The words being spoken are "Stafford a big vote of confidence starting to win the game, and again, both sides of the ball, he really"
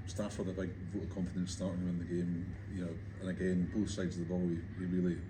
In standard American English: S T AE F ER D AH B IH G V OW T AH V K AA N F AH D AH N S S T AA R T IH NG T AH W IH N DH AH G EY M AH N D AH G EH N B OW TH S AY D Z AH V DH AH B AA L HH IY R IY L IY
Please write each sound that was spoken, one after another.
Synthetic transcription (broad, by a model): S T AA F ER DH AH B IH G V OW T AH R K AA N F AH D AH N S S T AA R T IH NG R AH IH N DH AH G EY M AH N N AH G EH N B OW TH S AY D Z AH V DH AH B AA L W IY R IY L IY